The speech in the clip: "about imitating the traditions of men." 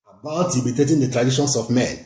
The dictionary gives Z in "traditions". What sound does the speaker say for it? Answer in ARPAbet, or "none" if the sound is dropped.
S